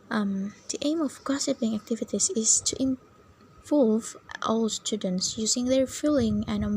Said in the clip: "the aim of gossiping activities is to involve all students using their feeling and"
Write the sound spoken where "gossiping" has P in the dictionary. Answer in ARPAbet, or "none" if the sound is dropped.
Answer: P